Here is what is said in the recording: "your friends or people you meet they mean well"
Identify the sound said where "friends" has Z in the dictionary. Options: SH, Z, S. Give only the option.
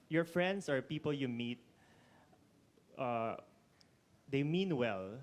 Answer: S